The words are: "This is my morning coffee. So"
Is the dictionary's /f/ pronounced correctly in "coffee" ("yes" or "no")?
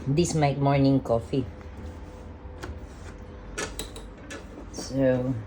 yes